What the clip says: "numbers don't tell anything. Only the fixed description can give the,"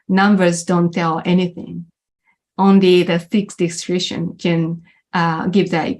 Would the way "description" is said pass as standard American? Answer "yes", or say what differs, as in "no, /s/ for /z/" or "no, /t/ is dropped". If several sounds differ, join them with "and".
no, /p/ is dropped